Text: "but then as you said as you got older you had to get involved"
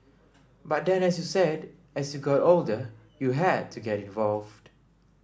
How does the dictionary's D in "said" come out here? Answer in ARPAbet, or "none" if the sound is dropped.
D